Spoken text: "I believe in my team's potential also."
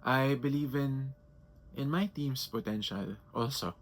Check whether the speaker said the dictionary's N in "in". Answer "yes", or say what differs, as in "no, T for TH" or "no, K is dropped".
yes